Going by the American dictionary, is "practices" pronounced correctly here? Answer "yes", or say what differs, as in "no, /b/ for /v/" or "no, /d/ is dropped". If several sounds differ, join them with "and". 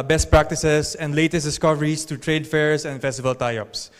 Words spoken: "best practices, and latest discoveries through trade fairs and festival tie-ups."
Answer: no, /s/ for /z/